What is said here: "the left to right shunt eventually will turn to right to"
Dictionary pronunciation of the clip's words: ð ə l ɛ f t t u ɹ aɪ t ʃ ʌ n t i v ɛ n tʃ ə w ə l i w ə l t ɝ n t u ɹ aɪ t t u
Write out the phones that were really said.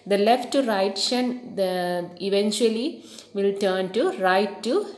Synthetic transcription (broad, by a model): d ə l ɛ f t t u ɹ aɪ t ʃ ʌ n i v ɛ n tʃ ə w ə l i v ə l t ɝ n t u ɹ aɪ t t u